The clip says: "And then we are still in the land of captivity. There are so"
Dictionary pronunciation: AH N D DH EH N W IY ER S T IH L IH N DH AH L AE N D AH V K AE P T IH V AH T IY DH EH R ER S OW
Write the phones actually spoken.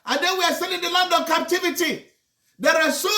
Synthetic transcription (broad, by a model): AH N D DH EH N W IY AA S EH N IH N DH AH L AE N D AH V K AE P T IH V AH T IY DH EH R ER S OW